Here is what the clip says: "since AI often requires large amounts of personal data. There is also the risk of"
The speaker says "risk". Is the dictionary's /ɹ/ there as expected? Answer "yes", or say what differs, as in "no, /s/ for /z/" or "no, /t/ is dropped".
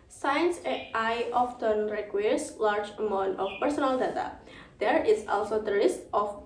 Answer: no, /l/ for /ɹ/